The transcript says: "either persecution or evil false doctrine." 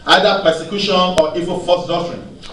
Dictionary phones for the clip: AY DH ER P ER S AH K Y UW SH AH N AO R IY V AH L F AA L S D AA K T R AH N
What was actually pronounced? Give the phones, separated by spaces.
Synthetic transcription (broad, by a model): AY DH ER P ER S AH K Y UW SH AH N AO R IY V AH N F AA S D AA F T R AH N